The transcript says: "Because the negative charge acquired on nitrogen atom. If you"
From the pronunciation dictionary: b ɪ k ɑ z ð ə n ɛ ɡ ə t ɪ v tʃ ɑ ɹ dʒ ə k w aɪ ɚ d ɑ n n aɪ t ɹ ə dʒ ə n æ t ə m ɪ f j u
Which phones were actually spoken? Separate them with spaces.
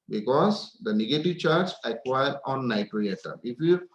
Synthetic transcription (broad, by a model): b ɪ k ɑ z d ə n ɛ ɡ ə t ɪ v tʃ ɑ ɹ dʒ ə k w aɪ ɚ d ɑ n n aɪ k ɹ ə ə t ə ɪ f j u